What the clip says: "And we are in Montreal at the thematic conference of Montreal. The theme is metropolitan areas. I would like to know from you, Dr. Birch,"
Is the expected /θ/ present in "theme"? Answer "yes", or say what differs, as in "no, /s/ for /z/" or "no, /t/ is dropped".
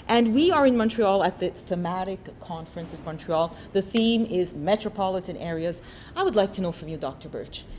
yes